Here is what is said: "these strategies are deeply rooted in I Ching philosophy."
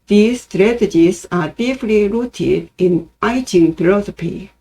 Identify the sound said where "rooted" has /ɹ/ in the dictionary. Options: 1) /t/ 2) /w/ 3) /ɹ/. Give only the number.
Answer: 3